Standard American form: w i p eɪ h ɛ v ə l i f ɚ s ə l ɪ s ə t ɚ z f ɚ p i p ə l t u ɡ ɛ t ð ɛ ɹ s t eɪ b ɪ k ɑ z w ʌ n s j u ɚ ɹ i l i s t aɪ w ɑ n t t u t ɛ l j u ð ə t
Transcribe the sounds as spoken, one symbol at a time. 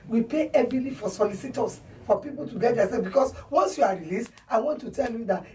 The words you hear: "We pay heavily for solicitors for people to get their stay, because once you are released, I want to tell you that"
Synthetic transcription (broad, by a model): w i p eɪ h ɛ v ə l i f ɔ s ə l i s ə t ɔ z f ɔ p i p ə l t u ɡ ɛ t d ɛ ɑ s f b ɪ k ɑ s w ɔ n s j u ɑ ɹ i l i s t aɪ w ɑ n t t u t ɛ l j u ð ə t